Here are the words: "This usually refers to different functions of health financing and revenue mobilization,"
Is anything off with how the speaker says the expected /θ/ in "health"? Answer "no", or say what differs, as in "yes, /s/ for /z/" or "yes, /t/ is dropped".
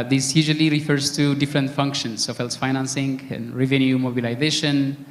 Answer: yes, /s/ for /θ/